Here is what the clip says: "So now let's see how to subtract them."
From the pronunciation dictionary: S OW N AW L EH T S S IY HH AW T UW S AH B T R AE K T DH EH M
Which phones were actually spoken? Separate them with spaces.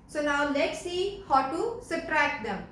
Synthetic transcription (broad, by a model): S OW N AW L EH T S S IY HH AW T UW S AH T R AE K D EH M